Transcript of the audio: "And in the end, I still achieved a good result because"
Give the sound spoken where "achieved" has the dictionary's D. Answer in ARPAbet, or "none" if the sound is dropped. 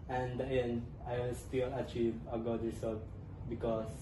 none